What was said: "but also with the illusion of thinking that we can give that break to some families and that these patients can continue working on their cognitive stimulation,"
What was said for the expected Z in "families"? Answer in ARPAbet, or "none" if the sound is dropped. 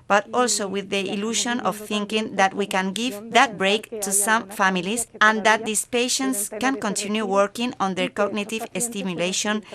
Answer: S